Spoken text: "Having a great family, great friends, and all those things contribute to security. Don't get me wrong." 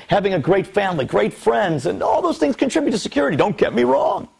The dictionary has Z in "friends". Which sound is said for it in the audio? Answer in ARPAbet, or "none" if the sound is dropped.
Z